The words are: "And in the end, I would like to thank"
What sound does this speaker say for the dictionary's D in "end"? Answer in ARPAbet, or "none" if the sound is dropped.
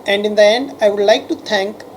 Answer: D